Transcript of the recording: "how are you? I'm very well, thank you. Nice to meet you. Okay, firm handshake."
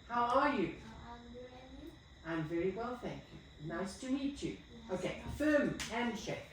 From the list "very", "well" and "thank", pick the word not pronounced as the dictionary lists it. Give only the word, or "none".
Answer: none